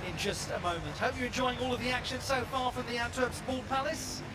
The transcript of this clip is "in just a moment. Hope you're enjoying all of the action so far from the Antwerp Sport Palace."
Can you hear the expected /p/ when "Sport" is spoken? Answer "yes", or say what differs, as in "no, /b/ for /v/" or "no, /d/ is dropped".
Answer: no, /b/ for /p/